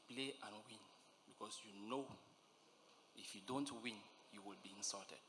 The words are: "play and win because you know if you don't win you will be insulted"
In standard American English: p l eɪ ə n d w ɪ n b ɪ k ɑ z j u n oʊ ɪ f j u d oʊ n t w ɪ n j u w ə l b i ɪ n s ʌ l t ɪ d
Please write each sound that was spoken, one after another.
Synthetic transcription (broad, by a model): p l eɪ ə n w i n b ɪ k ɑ s j u n oʊ ɪ f j u d oʊ n t w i n j u w ə l b i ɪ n s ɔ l t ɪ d